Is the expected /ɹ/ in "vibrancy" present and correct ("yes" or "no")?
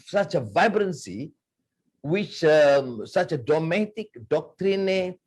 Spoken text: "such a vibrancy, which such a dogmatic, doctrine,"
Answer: yes